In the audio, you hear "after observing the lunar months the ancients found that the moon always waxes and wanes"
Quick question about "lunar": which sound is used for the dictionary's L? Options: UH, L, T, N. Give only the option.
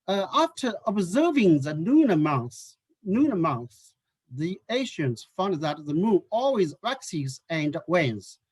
N